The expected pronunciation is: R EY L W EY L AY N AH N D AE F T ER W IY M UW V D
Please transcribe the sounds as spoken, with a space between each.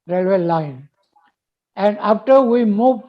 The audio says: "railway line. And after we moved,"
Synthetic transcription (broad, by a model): R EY L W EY L AY N AH N D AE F T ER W IY M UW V